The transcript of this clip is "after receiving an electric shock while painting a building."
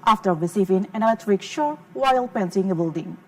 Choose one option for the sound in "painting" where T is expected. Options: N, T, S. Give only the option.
S